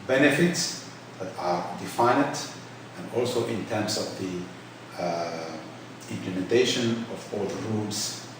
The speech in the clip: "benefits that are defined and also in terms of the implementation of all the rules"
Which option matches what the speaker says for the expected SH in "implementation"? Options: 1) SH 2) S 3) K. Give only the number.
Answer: 1